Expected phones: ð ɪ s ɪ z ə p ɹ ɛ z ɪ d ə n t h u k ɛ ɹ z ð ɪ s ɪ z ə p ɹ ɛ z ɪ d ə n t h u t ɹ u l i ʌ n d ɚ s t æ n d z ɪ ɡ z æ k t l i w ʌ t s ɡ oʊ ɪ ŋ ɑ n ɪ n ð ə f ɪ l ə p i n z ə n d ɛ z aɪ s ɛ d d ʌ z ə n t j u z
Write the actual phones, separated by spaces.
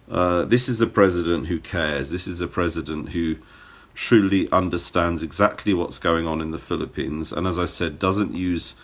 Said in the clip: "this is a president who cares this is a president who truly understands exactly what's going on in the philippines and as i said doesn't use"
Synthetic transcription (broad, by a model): ð ɪ s ɪ z ə p ɹ ɛ z ɪ d ə n t h u k ɛ z ð ɪ s ɪ z ə p ɹ ɛ z ɪ d ə n t h u t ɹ u l i ʌ n d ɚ s t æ n d z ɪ ɡ z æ k t l i w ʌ t s ɡ oʊ ɪ ŋ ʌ n ɪ n ð ə f ɪ l ə p i n z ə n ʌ z aɪ s ɛ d d ʌ z ə n t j u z